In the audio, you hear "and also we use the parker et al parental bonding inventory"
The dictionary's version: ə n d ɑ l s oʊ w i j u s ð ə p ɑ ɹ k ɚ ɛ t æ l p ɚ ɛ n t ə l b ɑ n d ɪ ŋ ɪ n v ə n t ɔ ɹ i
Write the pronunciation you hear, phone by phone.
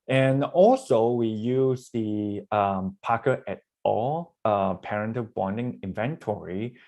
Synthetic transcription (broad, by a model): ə n ɑ l s oʊ w i j u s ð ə p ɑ k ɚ ɛ t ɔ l p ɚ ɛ n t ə b ɑ n d ɪ ŋ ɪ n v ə n t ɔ ɹ i